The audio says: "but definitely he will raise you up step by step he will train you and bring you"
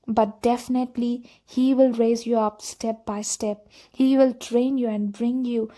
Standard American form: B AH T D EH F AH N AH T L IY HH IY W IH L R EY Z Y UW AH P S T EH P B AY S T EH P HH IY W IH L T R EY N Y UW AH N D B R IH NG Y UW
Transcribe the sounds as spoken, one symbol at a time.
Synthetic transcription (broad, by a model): B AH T D EH F AH N AH T L IY HH IY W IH L R EY Z Y UW AH P S T EH P B AY S T EH P HH IY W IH L T R EY N Y UW AH N D B R IH NG Y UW